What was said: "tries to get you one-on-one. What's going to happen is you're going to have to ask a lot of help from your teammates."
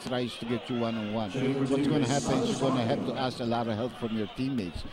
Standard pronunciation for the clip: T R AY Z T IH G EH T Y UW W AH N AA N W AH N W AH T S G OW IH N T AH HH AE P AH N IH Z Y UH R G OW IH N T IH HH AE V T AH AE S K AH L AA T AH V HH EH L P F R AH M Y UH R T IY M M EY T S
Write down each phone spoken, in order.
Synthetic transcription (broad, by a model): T R AY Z T IH G EH T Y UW W AH N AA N W AH N W AH T S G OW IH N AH HH AE P AH N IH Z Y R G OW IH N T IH HH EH P T AH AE S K AH L AA T AH V HH EH L P F R AH M Y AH R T IY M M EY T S